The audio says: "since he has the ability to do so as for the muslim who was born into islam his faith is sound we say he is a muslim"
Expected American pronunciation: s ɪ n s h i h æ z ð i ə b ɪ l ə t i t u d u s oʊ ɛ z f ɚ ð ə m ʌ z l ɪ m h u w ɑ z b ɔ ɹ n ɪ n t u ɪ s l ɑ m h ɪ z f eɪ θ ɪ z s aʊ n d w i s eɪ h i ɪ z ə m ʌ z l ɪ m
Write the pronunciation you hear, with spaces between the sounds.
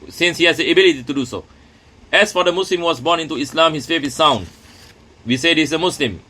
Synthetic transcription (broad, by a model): s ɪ n s h i h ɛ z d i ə b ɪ l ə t i t u d u s oʊ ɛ s f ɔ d ə m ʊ s l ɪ m w ɑ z b ɔ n ɪ n t u ɪ s l ɑ m h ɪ s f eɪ f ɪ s aʊ n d w i s eɪ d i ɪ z ə m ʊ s l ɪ m